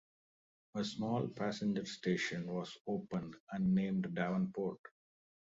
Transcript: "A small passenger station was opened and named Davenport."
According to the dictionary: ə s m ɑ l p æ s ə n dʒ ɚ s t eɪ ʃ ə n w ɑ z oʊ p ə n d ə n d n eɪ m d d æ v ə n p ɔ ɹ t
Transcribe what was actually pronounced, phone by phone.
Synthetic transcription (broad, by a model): ə s m ɑ l p æ s ə n dʒ ɚ s t eɪ ʃ ə n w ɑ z oʊ p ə n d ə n n eɪ m d d æ v ə n p ɔ ɹ t